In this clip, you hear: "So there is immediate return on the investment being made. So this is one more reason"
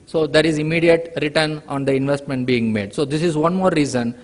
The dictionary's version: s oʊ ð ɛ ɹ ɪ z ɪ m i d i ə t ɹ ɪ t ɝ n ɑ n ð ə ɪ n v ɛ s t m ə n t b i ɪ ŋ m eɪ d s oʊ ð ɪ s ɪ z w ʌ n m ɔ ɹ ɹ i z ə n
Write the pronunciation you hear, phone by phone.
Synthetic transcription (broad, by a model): s oʊ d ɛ ɹ ɪ z ɪ m i d i ə t ɹ ɪ t ɝ n ɑ n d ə ɪ n v ɛ s t m ə n t b i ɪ ŋ m eɪ d s oʊ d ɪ s ɪ z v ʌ n m ɔ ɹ ɹ i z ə n